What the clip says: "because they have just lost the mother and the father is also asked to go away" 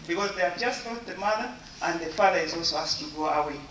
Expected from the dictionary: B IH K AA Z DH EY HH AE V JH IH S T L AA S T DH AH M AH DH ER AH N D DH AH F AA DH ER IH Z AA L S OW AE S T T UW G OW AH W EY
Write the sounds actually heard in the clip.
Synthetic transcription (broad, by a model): B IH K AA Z DH EY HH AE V JH IH S T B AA T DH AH M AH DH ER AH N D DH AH F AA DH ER IH Z AA L S OW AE S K T UW G OW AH W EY